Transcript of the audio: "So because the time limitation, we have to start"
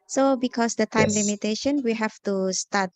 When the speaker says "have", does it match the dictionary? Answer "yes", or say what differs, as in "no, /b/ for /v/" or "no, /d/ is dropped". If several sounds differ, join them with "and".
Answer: no, /f/ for /v/